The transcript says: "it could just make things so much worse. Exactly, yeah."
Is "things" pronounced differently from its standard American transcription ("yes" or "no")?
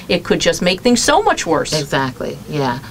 no